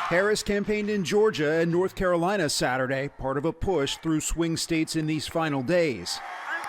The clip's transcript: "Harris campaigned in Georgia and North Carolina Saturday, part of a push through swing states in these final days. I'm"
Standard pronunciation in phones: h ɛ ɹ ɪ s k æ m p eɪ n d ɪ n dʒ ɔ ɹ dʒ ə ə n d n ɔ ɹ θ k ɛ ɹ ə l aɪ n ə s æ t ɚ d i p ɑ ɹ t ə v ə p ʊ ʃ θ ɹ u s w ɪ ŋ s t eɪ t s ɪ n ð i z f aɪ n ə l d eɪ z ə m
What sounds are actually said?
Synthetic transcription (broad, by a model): h ɛ ɹ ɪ s k æ m p eɪ n d ɪ n dʒ ɔ ɹ dʒ ə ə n n ɔ ɹ θ k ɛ ɹ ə l aɪ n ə s æ t ɚ d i p ɑ ɹ t ə v ə p ʊ ʃ θ ɹ u s w ɪ ŋ s t eɪ t s ɪ n ð i z f aɪ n l d eɪ ə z